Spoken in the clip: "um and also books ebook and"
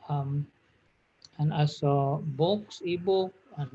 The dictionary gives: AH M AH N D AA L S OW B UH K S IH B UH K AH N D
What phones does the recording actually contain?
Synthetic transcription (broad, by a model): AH M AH N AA S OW B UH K S IH B UH K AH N